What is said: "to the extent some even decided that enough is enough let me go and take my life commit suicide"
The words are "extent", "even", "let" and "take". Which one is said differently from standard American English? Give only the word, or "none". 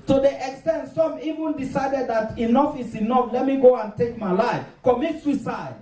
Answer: none